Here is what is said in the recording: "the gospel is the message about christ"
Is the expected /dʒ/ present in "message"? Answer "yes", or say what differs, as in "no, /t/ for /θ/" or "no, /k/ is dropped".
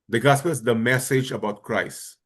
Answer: yes